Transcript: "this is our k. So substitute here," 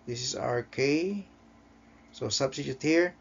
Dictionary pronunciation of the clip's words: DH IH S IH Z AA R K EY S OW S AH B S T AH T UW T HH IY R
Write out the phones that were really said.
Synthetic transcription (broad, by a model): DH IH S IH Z AA R K EY S OW S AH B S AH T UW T HH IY R